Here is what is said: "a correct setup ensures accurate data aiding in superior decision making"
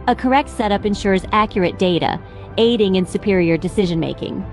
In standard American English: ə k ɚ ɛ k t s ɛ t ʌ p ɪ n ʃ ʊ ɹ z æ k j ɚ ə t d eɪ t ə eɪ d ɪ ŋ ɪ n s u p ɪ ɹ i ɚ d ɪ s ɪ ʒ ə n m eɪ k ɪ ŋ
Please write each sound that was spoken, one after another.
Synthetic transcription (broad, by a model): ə k ɚ ɛ k t s ɛ t ʌ p ɪ n ʃ ʊ ɹ z æ k j ɚ ə t d eɪ t ə eɪ d ɪ ŋ ɪ n s u p ɪ ɹ i ɚ d ɪ s ɪ ʒ ə n m eɪ k ɪ ŋ